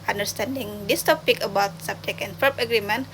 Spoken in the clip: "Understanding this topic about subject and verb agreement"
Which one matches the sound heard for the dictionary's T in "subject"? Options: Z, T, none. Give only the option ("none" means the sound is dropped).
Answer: none